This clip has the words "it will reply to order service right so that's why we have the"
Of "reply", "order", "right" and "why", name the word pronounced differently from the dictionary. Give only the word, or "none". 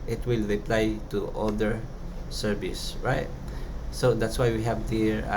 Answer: order